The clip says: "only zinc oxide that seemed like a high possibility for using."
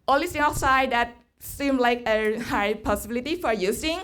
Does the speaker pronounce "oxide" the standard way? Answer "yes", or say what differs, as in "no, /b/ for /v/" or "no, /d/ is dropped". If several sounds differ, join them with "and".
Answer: no, /k/ is dropped